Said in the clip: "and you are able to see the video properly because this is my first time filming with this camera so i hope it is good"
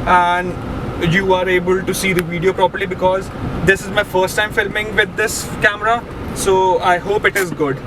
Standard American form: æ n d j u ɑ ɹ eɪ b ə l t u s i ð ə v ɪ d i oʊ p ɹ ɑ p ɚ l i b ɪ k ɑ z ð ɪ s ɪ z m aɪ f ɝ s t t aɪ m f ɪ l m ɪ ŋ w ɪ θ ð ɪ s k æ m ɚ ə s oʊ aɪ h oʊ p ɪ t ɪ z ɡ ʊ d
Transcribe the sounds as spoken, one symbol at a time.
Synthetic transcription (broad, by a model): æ n d j u ɑ ɹ eɪ b ə l t u s i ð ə v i d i oʊ p ɹ ɑ p ɚ l i b ɪ k ɑ z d ɪ s ɪ z m aɪ f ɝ s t t aɪ m f ɪ l m ɪ ŋ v ɪ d ɪ s k æ m ɚ ə s oʊ aɪ h oʊ p ɪ t ɪ z ɡ ʊ d